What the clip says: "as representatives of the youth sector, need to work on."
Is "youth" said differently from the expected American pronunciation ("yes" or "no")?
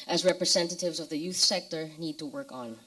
no